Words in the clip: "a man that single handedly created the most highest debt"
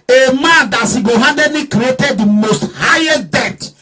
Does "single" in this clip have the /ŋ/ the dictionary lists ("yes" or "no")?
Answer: no